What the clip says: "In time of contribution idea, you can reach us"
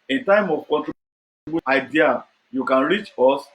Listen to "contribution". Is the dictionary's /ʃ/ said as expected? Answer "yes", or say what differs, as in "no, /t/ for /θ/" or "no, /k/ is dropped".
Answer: no, /ʃ/ is dropped